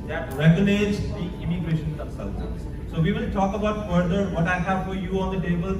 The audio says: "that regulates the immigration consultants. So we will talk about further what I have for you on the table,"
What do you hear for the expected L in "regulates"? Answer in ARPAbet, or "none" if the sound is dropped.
N